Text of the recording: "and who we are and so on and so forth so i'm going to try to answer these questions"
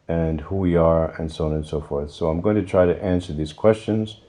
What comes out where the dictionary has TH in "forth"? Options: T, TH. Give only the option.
TH